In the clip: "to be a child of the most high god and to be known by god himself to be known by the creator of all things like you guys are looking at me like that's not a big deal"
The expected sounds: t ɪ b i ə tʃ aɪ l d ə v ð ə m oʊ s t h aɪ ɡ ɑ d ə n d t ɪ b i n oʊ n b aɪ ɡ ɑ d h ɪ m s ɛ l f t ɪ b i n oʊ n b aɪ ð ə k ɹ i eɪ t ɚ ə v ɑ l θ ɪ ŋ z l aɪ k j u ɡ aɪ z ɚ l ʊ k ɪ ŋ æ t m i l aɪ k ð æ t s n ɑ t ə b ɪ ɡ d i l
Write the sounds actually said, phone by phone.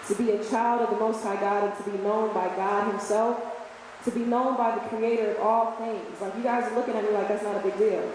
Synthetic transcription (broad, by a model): t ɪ b i ə tʃ aɪ l d ə v ð ə m oʊ s t h aɪ ɡ ɑ d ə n t ɪ b i n oʊ n b aɪ ɡ ɑ d h ɪ m s ɛ l f t ɪ b i n oʊ n b aɪ ð ə k ɹ i eɪ t ɚ ə v ɑ l θ ɪ ŋ z l aɪ k j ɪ ɡ aɪ z ɚ l ʊ k ɪ ŋ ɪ t m i l aɪ k ð æ t s n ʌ t ə b ɪ ɡ d i l